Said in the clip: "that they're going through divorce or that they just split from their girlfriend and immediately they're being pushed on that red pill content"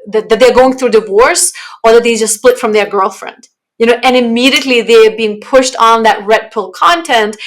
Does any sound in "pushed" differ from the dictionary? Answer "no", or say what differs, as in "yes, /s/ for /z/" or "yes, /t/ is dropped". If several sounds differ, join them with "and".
no